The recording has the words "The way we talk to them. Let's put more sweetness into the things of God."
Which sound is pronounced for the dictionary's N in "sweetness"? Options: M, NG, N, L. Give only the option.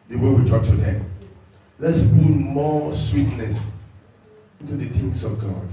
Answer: L